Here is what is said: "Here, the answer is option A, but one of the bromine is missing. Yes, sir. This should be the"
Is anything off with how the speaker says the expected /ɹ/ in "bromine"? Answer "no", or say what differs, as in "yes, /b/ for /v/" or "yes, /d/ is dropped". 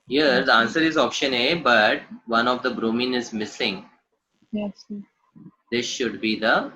no